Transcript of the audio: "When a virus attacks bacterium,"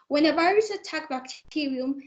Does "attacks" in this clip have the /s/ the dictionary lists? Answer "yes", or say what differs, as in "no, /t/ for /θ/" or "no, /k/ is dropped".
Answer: no, /s/ is dropped